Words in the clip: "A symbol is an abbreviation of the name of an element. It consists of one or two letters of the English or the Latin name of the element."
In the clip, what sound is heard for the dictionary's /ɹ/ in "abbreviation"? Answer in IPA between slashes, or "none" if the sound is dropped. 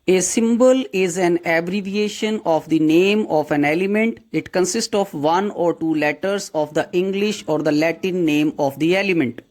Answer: /ɹ/